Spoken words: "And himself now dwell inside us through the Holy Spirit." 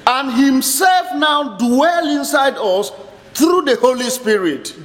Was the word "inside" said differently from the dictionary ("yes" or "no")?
no